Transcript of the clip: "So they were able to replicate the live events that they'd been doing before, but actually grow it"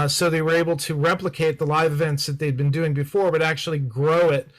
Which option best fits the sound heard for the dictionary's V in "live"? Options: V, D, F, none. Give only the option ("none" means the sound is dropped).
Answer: V